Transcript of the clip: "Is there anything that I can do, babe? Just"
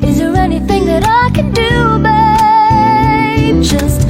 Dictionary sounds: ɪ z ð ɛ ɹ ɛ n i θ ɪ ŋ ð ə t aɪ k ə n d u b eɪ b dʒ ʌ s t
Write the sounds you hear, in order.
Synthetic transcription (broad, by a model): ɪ z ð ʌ ɹ ɛ n i θ ɪ ŋ ð ə t aɪ k ə n d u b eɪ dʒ ʌ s t